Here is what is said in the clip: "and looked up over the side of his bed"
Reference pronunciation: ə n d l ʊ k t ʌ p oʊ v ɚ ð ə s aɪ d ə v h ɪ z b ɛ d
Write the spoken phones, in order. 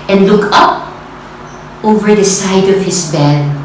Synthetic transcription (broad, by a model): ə n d l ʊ k ʌ p oʊ v ɚ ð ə s aɪ d ə v h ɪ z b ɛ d